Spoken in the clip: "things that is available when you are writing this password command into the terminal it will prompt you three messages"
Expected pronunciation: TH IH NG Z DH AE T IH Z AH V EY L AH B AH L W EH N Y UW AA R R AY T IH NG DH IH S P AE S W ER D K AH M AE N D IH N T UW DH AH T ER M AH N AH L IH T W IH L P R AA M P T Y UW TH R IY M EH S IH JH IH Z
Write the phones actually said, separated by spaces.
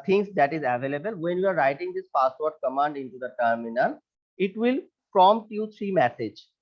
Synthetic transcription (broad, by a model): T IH NG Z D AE T IH Z AH V EY L AH B AH L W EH N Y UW AA R R AY T IH NG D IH S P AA S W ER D K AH M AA N D IH N T UW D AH T ER M AH N AH L IH T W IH L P R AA M T Y UW T R IY M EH S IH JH